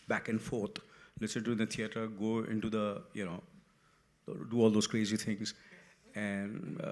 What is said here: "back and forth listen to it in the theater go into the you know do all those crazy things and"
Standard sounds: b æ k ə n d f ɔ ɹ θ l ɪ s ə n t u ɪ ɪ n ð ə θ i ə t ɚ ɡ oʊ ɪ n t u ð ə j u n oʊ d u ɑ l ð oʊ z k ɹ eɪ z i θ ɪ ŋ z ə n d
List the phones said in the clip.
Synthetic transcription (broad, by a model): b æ k ə n d f ɔ ɹ t l ɪ s ə n t u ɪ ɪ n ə t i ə t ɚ ɡ oʊ ɪ n t u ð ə j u n oʊ d u ɑ l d oʊ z k ɹ eɪ z i t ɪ ŋ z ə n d